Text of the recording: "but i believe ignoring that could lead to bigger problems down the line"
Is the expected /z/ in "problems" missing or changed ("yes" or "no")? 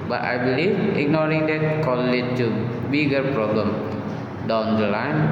yes